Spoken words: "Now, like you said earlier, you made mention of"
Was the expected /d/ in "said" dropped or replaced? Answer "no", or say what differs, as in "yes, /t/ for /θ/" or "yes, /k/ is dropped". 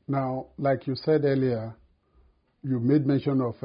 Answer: no